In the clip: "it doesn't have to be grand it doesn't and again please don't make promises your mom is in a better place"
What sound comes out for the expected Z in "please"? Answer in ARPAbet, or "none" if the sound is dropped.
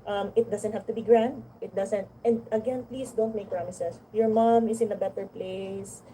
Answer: S